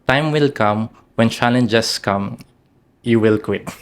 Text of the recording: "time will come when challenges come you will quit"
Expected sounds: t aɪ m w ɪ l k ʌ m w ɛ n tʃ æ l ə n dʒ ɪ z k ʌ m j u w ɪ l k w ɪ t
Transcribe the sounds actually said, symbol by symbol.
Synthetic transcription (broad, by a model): t aɪ m w ɪ l k ʌ m w ɛ n tʃ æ l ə n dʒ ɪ s k ʌ m j u w ɪ l k w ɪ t